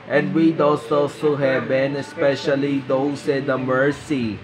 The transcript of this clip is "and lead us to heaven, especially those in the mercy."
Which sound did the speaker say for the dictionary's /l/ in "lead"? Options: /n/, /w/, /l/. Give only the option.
/w/